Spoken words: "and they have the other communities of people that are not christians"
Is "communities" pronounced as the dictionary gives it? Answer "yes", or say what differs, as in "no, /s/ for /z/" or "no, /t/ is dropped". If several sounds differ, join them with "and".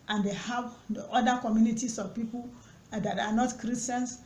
no, /s/ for /z/